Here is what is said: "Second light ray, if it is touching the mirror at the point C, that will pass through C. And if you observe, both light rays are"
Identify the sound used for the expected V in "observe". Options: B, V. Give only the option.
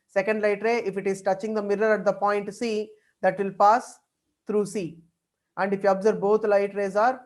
B